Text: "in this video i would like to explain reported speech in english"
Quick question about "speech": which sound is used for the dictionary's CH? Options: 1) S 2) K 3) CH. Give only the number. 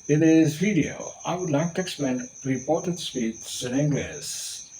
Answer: 1